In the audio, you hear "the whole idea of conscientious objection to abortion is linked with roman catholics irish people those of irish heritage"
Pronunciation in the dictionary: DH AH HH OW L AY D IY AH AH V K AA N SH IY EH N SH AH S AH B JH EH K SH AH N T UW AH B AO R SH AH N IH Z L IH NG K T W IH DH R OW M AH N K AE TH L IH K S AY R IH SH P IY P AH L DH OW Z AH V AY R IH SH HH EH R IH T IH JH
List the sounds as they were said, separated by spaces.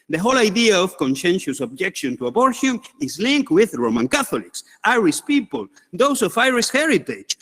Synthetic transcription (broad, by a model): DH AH HH OW L AY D IY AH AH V K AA N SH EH N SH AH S AH B JH EH K SH AH N T UW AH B AO R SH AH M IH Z L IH NG K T W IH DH R OW M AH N K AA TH L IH K S AY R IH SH P IY P AH L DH OW S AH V AY R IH S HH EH R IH T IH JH